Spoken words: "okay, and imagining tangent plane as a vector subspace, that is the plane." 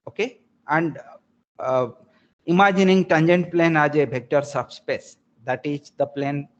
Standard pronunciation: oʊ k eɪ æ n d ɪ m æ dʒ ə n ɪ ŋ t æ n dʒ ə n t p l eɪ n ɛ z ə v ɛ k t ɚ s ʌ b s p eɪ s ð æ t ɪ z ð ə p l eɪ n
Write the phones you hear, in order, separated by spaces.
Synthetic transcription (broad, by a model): oʊ k eɪ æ n d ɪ m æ dʒ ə n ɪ ŋ t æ n dʒ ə n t p l eɪ n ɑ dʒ ə b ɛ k t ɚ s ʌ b s p eɪ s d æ t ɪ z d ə p l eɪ n